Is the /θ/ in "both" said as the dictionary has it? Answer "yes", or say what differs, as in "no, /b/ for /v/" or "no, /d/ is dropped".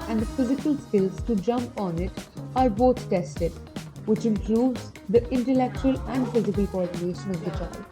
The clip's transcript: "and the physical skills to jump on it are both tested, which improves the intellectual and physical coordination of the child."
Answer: no, /t/ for /θ/